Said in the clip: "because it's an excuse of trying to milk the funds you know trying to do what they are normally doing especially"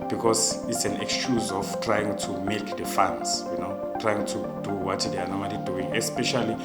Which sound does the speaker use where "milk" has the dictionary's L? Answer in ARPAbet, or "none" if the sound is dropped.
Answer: none